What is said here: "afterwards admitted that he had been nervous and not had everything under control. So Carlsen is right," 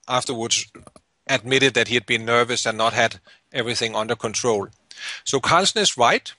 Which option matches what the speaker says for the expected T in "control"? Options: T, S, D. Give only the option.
T